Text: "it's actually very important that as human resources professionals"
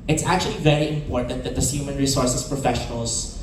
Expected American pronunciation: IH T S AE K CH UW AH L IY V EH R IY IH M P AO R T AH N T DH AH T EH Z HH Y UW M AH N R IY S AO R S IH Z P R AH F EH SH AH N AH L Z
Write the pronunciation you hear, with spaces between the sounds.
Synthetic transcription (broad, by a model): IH T S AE K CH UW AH L IY V EH R IY IH M P AO R T AH N T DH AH T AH S HH Y UW M AH N R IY S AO R S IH S P R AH F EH SH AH N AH L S